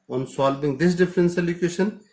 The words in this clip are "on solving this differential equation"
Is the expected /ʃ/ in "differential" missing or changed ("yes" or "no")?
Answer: yes